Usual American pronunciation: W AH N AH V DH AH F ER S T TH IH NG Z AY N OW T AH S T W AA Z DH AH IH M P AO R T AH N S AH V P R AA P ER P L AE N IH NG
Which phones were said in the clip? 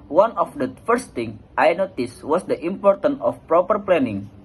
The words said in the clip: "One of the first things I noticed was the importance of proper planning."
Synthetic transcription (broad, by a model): W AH N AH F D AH F ER S T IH NG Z AY N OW T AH S W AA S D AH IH M P AO R T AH N AH F P R AA P ER P L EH N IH NG